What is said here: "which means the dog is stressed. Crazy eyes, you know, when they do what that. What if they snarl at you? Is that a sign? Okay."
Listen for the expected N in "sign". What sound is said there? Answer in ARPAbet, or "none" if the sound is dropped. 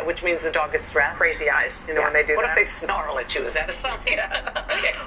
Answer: none